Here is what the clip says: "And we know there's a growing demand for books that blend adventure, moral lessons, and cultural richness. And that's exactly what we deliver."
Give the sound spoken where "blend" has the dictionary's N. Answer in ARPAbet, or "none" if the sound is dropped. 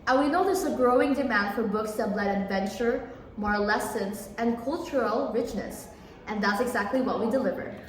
none